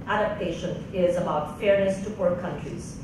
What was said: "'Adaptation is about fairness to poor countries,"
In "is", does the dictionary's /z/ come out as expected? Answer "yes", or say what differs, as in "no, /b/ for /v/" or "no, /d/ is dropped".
yes